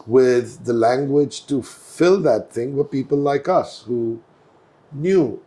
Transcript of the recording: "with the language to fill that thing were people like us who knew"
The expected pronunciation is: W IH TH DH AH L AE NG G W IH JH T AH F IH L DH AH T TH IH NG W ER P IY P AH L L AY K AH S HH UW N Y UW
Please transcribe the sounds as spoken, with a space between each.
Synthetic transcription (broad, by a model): W IH DH AH L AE NG G W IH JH T AH F IH L DH AH T TH IH NG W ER P IY P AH L L AY K AH S HH UW N Y UW